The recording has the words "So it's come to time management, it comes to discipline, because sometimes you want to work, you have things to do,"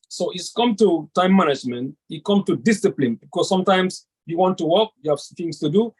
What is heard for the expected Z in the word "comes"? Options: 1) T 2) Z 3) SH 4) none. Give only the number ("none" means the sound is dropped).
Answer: 4